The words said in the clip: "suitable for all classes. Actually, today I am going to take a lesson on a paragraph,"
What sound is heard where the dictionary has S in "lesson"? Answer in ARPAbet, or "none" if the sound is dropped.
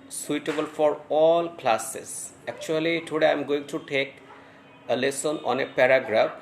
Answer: S